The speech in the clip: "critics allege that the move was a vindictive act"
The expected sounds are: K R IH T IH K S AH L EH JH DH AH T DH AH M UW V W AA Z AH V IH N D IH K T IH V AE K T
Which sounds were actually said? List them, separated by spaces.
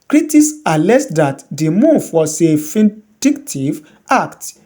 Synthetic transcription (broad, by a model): K R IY T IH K S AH L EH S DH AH T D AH M UW V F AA S AH F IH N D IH K T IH V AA K T